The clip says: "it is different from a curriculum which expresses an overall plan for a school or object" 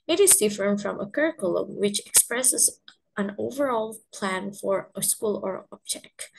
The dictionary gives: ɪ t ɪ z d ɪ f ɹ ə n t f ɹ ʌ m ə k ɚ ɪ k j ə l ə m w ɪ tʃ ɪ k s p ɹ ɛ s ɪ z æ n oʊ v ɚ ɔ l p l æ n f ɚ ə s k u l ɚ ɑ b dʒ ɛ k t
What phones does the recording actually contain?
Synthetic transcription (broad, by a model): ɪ t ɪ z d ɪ f ə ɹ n f ɹ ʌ m ə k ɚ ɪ k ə l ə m w ɪ tʃ ɪ k s p ɹ ɛ s ɪ z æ n oʊ v ɚ ɔ l p l æ n f ɚ ə s k u l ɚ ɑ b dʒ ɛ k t